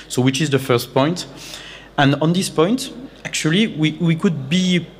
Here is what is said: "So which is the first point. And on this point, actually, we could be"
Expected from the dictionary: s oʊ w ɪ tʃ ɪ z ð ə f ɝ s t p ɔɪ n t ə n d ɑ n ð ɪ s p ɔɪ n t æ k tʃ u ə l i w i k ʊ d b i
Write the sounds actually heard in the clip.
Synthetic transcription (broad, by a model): s oʊ w ɪ tʃ ɪ z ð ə f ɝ s t p ɔɪ n t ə n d ɑ n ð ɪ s p ɔɪ n t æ k tʃ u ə w i w i k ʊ d b i